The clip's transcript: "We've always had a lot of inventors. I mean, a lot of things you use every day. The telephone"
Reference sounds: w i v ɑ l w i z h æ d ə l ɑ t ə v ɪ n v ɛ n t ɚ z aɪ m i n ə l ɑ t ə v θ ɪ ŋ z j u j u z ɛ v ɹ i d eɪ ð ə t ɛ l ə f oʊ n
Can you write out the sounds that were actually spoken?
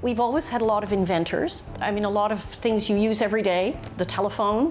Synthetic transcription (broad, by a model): w i v ɑ l w i z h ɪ d ə l ɑ t ə v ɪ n v ɛ n t ɚ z aɪ m i n ə l ɑ t ə v θ ɪ ŋ z j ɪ j u z ɛ v ɹ i d eɪ ð ə t ɛ l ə f oʊ n